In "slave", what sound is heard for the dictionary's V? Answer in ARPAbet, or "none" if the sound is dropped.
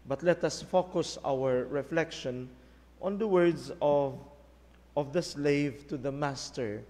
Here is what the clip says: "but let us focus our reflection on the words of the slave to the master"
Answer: V